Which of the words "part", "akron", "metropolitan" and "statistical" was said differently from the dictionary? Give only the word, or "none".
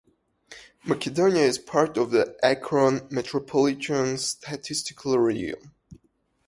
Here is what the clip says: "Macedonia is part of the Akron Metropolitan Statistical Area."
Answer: none